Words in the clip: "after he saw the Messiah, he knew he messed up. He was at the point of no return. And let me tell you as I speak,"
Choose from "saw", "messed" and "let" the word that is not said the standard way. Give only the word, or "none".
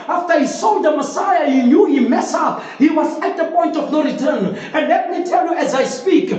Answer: messed